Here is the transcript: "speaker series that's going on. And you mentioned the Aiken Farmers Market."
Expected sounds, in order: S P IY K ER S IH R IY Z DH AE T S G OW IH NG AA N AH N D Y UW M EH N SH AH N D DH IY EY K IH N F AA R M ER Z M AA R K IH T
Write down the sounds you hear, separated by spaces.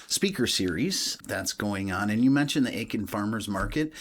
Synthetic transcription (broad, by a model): S P IY K ER S IH R IY Z DH AE T S G OW IH NG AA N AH N Y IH M EH N SH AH N DH IY EY K IH N F AA R M ER Z M AA R K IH T